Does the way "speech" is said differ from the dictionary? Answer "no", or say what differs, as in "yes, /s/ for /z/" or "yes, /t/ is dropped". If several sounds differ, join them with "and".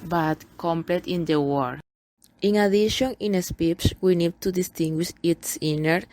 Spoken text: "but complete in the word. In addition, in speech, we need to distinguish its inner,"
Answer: yes, /s/ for /tʃ/